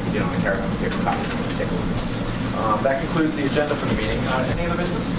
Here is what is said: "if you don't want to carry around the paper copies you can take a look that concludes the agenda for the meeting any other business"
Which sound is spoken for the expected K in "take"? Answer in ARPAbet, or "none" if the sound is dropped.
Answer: none